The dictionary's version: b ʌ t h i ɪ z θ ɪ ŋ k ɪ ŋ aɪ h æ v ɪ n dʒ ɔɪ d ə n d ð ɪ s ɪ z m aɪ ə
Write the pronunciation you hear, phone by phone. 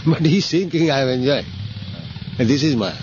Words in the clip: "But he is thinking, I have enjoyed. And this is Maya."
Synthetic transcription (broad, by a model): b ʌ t h i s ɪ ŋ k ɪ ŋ aɪ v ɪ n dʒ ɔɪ ə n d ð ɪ s ɪ z m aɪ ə